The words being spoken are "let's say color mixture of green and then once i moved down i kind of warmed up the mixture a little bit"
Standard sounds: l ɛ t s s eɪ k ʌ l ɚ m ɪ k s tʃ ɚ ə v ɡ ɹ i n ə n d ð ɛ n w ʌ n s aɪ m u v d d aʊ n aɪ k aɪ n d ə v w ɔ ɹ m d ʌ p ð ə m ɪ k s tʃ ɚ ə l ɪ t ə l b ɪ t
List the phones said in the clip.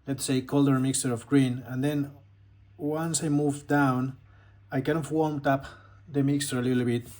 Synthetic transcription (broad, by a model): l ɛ t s s eɪ k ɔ l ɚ m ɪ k s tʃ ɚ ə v ɡ ɹ i n ə n d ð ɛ n w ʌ n s aɪ m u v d d aʊ n aɪ k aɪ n ə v w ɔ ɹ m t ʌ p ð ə m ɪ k s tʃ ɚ ə l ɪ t l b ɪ t